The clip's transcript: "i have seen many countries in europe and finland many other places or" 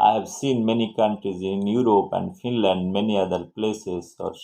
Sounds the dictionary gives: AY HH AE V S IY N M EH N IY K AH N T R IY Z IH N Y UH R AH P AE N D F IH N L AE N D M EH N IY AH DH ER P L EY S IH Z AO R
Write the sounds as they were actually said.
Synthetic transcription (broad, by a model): AY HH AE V S IY N M EH N IY K AH N T R IY Z IH N Y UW R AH P AE N D F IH N L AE N D M EH N IY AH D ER P L EY S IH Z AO R